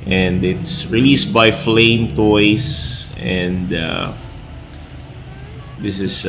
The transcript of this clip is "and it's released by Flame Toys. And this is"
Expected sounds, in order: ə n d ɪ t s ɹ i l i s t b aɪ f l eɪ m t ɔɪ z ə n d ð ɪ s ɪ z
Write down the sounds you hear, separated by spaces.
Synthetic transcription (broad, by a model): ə n d ɪ t s ɹ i l i s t b aɪ f l eɪ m t ɔɪ s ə n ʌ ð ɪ s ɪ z